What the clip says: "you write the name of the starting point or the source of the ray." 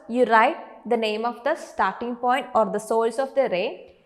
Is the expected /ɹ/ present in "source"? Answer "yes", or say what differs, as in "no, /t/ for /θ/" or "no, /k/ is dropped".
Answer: no, /l/ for /ɹ/